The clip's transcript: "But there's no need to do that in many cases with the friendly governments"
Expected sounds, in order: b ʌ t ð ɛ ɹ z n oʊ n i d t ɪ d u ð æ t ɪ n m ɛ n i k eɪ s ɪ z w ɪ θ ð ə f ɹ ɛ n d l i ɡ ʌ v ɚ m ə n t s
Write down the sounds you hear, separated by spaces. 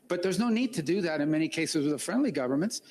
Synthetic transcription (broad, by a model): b ʌ t ð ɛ ɹ z n oʊ n i d t ɪ d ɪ ð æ t ɪ n m ɛ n i k eɪ s ɪ z w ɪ ð ə f ɹ ɛ n d l i ɡ ʌ v ɚ m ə n t s